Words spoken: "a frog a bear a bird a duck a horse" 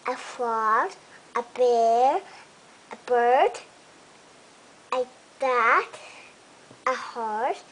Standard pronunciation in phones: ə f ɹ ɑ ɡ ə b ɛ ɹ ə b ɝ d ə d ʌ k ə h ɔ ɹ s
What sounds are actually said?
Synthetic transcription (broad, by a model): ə f l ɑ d ə b ɛ ɹ ə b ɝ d ə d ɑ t ə h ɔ ɹ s